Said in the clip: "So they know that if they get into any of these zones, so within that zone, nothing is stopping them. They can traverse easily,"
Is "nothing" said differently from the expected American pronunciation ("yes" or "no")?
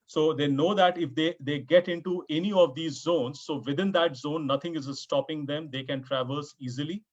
yes